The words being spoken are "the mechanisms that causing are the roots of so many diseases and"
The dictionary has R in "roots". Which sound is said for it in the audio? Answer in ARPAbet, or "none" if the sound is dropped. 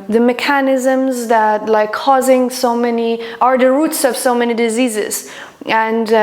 R